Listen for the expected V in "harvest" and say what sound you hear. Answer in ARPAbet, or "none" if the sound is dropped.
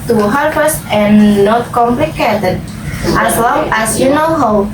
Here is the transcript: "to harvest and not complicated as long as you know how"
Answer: P